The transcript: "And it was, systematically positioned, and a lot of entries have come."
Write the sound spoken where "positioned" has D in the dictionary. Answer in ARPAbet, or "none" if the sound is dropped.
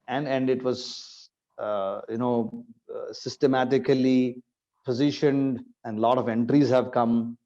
D